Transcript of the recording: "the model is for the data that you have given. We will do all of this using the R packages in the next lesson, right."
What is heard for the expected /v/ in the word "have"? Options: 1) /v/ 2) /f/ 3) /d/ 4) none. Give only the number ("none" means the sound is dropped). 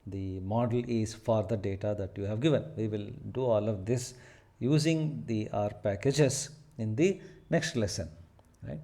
1